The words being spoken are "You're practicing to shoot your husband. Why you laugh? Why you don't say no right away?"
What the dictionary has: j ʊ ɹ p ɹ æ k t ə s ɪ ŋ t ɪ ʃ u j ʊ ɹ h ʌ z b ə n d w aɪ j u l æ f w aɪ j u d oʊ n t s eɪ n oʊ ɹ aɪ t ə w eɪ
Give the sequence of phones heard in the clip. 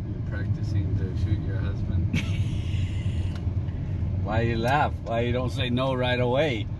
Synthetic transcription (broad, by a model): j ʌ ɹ p ɹ æ k t ə s ɪ ŋ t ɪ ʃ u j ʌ ɹ h ʌ z b ə n d w aɪ j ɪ l æ f w aɪ j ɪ d oʊ n t s eɪ n oʊ ɹ aɪ t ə w eɪ